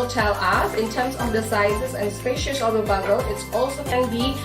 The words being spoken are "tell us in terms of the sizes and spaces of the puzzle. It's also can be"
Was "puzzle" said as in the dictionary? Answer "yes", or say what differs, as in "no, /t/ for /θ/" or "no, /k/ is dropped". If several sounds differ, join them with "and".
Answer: no, /b/ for /p/